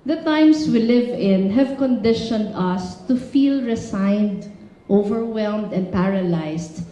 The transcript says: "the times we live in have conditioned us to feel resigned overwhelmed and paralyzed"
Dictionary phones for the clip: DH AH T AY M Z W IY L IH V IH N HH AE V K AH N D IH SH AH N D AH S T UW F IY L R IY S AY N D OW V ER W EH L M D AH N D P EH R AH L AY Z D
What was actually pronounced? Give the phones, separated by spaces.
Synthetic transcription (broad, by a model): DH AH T AY M S W IY L IH V IH N HH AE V K AH N D IH SH AH N D AH S T UW F IY L R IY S AY N D OW V ER W EH L M D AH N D P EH R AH L AY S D